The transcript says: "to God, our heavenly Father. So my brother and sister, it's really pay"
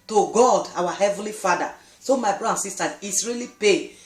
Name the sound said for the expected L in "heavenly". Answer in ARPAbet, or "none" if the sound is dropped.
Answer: L